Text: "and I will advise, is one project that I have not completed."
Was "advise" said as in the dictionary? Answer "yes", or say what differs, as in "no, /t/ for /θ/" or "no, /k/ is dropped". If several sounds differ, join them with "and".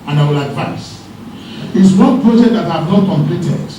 no, /s/ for /z/